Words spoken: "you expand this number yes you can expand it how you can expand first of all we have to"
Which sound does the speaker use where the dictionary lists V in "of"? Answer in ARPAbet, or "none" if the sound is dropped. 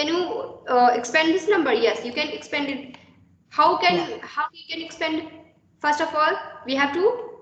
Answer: F